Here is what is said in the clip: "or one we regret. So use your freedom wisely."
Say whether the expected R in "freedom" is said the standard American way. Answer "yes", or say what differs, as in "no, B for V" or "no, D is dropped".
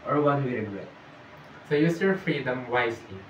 yes